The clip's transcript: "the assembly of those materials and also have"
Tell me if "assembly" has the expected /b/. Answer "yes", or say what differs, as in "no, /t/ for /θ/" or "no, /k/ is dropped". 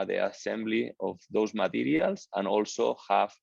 yes